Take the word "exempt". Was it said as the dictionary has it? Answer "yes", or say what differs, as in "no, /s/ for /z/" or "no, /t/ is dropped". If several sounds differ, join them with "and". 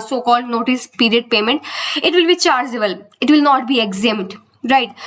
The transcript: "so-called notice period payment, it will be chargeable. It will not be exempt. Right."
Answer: no, /p/ is dropped